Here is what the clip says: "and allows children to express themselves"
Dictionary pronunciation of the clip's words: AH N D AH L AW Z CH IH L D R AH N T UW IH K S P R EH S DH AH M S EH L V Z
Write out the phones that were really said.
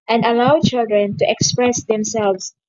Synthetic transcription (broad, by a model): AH N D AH L AW CH IH L D R AH N T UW IH K S P R EH S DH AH M S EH L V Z